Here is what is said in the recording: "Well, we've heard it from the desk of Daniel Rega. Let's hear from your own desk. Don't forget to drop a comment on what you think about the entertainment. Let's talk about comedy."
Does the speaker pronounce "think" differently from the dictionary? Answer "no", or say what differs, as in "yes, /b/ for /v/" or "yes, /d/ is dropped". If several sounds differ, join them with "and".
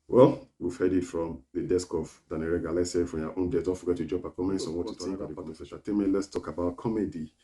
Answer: yes, /t/ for /θ/ and /ŋ/ is dropped